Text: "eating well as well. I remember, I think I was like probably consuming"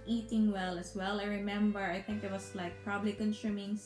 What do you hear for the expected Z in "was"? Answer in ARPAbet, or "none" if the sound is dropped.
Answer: S